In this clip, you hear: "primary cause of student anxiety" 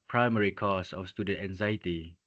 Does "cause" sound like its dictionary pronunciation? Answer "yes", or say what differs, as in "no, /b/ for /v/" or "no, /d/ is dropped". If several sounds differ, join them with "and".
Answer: no, /s/ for /z/